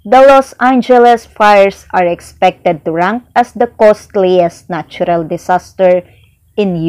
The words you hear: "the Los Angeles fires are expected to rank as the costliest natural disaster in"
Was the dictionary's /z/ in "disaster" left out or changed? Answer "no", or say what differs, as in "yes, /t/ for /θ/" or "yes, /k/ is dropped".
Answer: yes, /s/ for /z/